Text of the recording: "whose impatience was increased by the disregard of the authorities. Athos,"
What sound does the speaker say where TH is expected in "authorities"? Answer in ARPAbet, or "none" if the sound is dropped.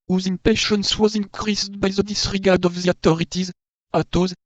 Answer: T